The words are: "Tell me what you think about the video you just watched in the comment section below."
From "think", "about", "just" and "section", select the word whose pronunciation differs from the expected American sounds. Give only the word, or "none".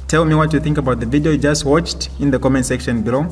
none